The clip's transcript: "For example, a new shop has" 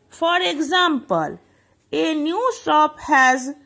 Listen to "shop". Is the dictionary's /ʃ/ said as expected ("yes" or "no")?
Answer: no